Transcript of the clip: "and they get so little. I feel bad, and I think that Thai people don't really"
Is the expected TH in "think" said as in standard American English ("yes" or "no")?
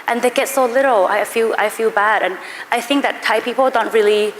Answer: yes